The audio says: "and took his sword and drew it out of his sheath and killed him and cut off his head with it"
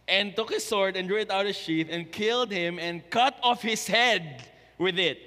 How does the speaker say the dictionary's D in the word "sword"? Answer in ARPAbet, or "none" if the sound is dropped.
D